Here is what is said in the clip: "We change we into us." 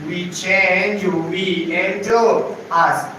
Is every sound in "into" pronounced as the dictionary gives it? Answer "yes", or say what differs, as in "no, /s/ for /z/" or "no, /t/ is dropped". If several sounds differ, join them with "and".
no, /n/ is dropped